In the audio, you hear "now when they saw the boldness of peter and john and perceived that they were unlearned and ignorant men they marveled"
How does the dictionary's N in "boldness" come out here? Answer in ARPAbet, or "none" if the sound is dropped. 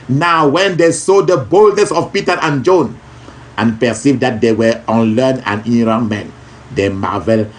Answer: N